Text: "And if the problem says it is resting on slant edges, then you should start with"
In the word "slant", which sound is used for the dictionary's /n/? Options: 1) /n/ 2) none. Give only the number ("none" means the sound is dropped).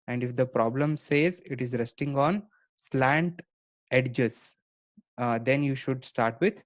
1